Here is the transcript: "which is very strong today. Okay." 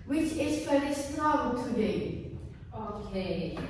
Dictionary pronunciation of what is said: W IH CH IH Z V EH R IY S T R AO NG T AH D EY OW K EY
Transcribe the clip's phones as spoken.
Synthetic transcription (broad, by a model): W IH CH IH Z F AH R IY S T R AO T AH D EY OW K EY